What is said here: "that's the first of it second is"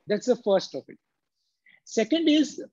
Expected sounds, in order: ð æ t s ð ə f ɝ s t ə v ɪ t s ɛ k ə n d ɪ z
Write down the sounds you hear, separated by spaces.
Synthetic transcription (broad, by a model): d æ t s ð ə f ɝ s t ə p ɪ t s ɛ k ə n d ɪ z